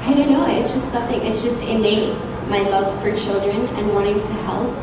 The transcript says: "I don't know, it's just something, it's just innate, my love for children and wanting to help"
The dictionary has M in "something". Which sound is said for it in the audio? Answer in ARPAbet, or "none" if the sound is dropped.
none